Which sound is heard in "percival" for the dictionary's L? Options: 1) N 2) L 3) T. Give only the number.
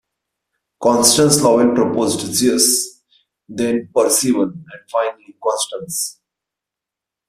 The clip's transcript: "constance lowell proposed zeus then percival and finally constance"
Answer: 1